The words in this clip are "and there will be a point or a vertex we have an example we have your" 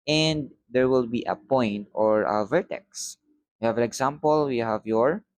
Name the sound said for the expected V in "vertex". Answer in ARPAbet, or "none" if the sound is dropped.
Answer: V